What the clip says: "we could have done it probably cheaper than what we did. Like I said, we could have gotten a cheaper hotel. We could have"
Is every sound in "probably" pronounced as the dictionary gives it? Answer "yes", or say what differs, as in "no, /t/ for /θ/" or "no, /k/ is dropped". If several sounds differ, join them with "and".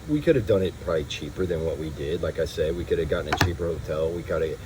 no, /l/ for /ɹ/